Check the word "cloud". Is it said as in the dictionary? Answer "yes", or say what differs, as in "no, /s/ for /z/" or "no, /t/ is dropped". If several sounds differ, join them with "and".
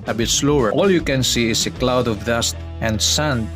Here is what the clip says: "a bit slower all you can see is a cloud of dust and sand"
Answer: yes